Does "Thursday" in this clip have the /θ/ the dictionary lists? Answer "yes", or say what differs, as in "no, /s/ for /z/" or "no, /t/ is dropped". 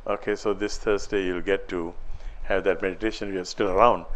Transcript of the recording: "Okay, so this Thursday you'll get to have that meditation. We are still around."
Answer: no, /t/ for /θ/